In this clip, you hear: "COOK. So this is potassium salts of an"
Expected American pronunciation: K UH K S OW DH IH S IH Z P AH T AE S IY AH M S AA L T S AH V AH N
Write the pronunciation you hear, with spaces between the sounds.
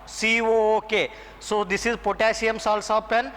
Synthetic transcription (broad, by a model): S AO K S OW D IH S IH Z P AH T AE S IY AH M S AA L S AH P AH N